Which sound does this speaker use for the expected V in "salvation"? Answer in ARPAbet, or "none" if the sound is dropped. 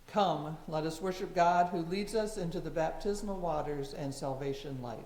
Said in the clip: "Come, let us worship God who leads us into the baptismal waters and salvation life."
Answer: V